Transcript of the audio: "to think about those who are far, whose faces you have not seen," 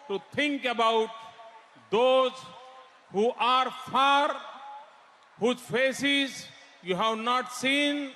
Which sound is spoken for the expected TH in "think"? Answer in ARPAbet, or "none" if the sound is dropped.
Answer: T